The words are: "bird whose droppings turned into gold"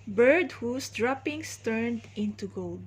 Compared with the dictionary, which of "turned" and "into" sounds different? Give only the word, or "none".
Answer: none